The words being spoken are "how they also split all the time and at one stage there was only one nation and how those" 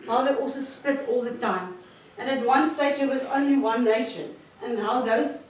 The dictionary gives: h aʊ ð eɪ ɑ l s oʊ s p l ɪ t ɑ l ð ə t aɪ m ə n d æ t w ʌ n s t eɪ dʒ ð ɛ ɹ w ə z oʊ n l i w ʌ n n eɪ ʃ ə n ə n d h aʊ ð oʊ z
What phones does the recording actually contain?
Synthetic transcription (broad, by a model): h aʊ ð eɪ ɑ l s oʊ s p ɪ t ɑ l ð ə t aɪ m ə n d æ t w ʌ n s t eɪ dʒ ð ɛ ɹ w ə z oʊ n l i w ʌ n n eɪ ʃ ə n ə n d h aʊ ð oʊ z